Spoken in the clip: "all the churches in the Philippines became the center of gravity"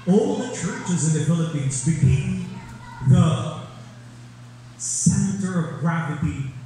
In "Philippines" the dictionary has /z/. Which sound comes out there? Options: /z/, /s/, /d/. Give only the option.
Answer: /z/